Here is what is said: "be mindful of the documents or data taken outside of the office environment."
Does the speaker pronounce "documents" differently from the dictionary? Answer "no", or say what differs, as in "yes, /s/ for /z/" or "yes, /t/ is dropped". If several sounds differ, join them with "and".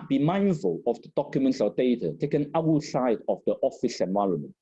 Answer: no